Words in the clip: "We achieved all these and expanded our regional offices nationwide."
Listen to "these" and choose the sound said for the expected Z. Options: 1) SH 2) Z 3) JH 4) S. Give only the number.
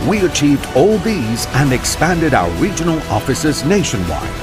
2